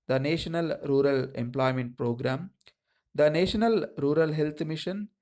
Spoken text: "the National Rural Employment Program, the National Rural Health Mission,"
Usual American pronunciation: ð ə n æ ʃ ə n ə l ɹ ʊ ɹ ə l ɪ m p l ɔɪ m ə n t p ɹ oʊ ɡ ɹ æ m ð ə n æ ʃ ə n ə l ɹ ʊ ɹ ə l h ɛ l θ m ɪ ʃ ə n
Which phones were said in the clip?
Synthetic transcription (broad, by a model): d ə n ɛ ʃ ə n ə l ɹ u ɹ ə l ɪ m p l ɔɪ m ə n t p ɹ oʊ ɡ ɹ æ m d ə n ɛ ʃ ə n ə l ɹ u ɹ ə l h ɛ l t m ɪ ʃ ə n